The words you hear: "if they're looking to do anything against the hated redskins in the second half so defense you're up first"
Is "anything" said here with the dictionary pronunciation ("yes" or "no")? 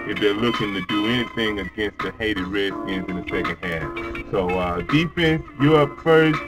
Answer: yes